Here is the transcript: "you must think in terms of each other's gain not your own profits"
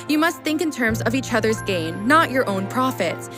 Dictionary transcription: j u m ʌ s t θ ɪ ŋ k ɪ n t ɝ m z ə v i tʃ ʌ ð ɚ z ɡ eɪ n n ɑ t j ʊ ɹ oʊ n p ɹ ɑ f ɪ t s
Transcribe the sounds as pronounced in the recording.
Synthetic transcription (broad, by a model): j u m ʌ s t θ ɪ ŋ k ɪ n t ɝ m z ə v i tʃ ʌ ð ɚ z ɡ eɪ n n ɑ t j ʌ ɹ oʊ n p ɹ ɑ f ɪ t s